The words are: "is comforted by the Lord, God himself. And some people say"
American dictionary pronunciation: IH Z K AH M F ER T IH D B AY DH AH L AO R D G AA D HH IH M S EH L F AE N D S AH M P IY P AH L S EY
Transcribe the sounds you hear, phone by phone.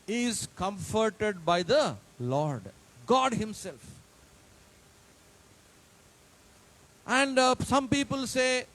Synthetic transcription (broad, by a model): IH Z K AH M F ER T IH D B AY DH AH L AO R D G AA D HH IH M S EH L F AE N D S AH M P IY P AH L S EY